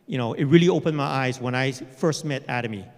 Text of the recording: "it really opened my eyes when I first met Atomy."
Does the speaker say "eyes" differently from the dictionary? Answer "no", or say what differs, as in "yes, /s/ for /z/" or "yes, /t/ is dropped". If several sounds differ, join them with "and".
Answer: no